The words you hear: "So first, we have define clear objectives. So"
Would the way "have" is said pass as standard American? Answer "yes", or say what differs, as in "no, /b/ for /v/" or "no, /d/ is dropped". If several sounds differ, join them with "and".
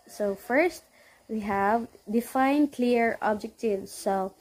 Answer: yes